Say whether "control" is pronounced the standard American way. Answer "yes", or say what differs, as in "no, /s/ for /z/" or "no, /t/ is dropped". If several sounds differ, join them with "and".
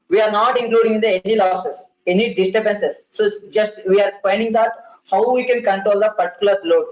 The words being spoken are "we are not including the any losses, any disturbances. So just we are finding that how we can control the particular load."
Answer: yes